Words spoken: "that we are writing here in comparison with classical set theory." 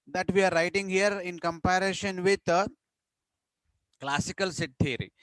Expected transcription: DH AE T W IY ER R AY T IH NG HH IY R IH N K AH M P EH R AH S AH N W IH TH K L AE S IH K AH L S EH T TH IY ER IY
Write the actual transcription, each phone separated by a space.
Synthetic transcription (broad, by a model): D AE T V IY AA R AY T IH NG HH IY R IH N K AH M P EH R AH SH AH N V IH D K L AE S IH K AH L S EH T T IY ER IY